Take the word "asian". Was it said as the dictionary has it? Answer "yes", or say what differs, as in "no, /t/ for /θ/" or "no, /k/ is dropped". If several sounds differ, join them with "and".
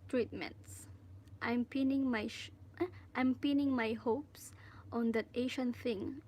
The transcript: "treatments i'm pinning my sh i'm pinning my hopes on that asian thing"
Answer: no, /ʃ/ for /ʒ/